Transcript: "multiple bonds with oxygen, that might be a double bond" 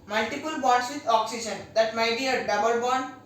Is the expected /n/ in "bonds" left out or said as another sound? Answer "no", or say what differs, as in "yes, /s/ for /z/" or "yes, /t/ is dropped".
yes, /n/ is dropped